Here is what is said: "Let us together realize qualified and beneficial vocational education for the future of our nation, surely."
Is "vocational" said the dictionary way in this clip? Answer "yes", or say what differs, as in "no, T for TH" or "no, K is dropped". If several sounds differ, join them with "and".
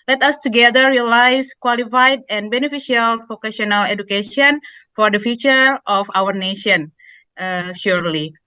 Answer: no, F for V